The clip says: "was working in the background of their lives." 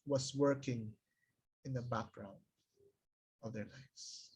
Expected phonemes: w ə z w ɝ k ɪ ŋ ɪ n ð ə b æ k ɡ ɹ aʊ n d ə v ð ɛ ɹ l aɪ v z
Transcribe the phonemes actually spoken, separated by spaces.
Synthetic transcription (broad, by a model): w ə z w ɝ k ɪ ŋ ɪ n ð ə b æ k ɡ ɹ aʊ n d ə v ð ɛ ɹ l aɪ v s